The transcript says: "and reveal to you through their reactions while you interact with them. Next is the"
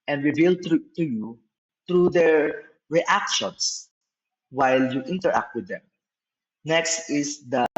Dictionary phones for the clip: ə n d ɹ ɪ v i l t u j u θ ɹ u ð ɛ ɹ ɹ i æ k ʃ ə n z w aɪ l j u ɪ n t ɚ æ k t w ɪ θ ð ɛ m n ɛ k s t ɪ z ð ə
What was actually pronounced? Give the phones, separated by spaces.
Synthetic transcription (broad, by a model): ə n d ɹ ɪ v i l t u j u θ ɹ u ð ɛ ɹ ɹ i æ k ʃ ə n s w aɪ l j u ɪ n t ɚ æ k t w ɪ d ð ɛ m n ɛ k s t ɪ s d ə